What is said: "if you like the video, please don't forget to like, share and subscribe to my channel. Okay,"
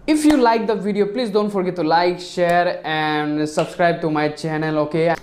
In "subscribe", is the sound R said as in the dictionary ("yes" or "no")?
yes